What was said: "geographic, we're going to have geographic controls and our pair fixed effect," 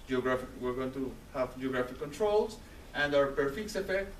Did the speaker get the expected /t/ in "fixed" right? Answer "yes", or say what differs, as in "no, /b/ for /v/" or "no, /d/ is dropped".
no, /t/ is dropped